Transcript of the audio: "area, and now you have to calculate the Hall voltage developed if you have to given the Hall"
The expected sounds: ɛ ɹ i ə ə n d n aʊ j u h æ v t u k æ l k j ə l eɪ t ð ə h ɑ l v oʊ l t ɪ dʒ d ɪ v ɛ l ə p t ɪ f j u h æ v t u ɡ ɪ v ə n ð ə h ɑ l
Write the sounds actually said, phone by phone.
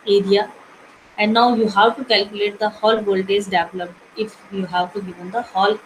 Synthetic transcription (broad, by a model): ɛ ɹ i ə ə n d n aʊ j u h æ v t u k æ l k j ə l eɪ t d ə h ɑ l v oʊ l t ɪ z d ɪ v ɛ l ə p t ɪ f j u h æ v t u ɡ ɪ v ə n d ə h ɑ l